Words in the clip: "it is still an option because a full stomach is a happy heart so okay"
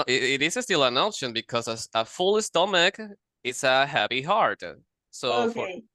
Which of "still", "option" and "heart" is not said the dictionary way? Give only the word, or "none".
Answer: none